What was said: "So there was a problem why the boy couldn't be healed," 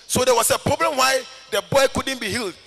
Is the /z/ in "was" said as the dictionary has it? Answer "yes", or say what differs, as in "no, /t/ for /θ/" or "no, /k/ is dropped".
no, /s/ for /z/